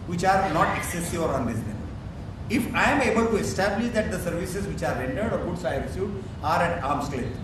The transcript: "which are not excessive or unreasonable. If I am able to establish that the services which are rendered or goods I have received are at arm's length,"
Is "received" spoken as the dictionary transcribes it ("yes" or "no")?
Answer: no